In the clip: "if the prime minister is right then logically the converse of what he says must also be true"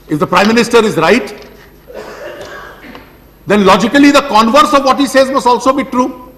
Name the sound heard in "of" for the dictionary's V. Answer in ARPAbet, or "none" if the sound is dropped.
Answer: V